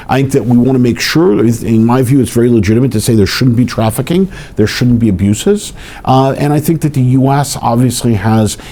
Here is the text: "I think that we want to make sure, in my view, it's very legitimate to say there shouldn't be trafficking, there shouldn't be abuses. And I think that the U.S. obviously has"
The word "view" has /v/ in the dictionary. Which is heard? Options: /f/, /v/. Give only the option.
/v/